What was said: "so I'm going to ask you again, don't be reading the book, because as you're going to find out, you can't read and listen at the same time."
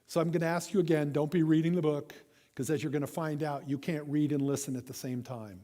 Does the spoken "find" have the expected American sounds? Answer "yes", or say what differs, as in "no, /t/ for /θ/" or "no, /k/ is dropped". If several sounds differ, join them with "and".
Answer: yes